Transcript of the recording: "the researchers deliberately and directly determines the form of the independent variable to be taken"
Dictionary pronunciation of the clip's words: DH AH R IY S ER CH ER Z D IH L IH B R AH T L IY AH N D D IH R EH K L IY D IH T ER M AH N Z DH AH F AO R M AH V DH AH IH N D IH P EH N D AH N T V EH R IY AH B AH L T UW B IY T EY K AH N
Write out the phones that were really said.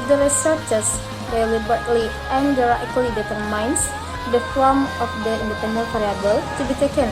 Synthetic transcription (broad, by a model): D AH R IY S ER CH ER S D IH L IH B AH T L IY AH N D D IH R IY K L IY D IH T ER M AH N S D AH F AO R M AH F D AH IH N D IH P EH N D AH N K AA R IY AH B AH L T UW B IY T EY K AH N